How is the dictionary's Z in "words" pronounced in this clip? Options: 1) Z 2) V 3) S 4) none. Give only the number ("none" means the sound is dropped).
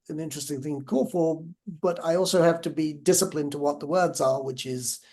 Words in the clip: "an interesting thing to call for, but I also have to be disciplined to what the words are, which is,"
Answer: 1